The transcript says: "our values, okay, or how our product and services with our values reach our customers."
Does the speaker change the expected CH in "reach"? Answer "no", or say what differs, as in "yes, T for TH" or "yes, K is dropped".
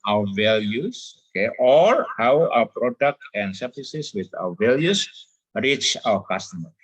no